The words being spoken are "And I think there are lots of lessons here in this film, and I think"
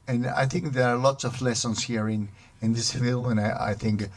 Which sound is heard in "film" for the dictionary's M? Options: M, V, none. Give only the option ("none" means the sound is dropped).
none